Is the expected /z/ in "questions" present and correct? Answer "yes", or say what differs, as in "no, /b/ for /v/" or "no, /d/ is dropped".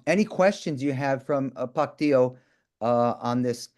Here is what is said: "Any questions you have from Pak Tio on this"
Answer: yes